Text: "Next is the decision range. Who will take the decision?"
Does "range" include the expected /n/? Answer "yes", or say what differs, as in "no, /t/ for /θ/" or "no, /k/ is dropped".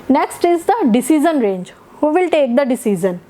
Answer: yes